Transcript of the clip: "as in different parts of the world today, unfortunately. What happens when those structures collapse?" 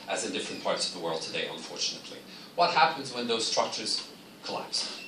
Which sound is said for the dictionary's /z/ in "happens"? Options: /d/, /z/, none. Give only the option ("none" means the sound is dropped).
/z/